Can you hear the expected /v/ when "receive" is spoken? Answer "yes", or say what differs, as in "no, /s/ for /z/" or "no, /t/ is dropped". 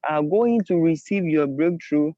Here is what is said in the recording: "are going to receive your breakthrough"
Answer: yes